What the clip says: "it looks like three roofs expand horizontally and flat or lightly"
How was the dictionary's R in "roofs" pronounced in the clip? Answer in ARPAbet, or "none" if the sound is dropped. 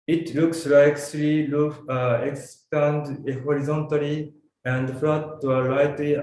L